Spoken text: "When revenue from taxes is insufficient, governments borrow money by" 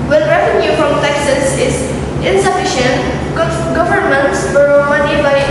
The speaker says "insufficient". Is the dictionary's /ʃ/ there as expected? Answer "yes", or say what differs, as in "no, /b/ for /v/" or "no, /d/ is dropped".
yes